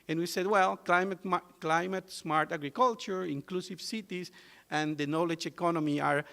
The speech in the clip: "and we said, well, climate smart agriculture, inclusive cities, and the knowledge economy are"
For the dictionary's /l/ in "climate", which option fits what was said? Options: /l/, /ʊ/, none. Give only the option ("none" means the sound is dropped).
/l/